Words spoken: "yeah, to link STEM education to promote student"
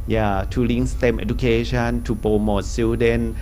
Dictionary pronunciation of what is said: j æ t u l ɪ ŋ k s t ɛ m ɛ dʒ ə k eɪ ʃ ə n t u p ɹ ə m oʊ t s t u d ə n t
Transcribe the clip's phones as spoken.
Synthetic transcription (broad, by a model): j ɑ t u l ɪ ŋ s t ɛ m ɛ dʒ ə k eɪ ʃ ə n t u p ə m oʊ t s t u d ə n